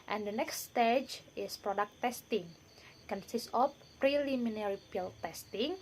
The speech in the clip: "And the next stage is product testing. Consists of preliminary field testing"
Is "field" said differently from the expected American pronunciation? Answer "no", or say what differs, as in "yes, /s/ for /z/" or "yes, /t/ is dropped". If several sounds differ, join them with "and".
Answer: yes, /p/ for /f/